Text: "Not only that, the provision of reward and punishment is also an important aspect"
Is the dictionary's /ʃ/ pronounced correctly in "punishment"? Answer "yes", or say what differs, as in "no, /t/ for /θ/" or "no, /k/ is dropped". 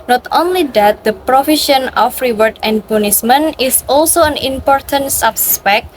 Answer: no, /s/ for /ʃ/